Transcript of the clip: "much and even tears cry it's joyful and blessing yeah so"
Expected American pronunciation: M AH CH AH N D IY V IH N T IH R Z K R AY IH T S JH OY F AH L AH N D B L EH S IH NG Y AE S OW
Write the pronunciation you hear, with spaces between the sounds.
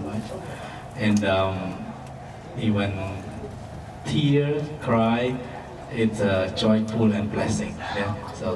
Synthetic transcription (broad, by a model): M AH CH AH N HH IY W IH N T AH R K R AY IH T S JH OY F AH L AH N B L EH S IH NG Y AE S OW